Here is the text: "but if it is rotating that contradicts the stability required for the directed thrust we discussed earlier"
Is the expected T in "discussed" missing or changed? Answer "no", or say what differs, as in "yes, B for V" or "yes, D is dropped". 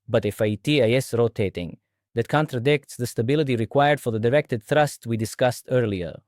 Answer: no